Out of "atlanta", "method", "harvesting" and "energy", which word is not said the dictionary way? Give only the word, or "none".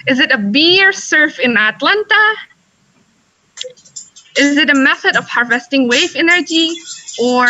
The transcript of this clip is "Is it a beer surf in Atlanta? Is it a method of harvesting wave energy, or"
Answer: none